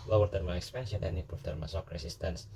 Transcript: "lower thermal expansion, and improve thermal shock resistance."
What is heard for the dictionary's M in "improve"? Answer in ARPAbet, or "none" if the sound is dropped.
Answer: none